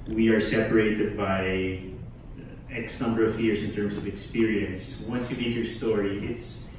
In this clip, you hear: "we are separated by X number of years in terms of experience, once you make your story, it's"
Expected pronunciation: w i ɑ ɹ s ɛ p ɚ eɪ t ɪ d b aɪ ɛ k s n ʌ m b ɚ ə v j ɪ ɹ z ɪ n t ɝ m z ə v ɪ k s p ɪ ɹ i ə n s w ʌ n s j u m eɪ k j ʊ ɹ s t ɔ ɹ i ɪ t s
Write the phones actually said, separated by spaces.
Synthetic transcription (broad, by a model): w i ɑ ɹ s ɛ p ɚ eɪ t ɪ d b aɪ ɛ k s n ʌ m b ɚ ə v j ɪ ɹ s ɪ n t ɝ m s ə v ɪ k s p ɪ ɹ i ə n s w ʌ n s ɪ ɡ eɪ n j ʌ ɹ s t ɔ ɹ i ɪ t s